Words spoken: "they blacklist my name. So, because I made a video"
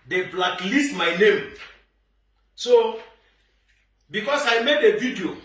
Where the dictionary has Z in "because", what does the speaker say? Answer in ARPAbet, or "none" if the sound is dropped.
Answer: S